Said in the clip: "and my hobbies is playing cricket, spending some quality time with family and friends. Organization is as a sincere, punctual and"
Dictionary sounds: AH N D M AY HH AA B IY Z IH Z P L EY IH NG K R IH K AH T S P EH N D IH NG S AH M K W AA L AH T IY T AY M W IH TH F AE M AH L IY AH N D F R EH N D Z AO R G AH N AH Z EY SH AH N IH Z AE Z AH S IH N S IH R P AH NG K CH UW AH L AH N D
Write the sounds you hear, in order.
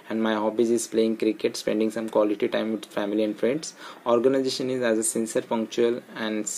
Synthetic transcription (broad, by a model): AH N D M AY HH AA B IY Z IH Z P L EY IH NG K R IH K AH T S P EH N D IH NG S AH M K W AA L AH T IY T AY M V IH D F AE M AH L IY AH N D F R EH N D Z AO R G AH N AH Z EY SH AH N IH Z AE Z AH S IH N S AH R F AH NG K CH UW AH L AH N D